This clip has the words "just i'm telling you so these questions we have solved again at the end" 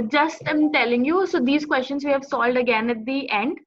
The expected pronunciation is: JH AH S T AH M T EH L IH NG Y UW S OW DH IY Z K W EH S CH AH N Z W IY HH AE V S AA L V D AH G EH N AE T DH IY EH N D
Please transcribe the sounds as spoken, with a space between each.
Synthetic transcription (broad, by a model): JH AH S T AH M T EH L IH NG Y UW S OW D IY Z K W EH S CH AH N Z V IY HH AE V S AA L D AH G EH N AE T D IY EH N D